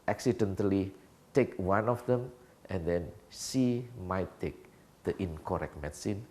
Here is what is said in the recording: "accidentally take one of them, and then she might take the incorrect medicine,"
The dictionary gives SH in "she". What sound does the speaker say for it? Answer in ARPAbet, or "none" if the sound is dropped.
S